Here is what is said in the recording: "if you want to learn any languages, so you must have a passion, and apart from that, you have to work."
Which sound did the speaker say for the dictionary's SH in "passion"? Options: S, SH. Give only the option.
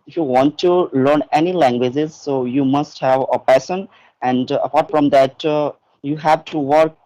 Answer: S